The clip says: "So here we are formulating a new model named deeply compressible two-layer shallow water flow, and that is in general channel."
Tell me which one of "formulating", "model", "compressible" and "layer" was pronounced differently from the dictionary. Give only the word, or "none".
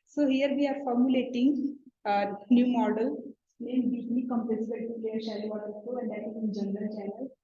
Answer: compressible